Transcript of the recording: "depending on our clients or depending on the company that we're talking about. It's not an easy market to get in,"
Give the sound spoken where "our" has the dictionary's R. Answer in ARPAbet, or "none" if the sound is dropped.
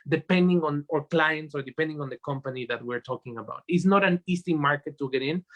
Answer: R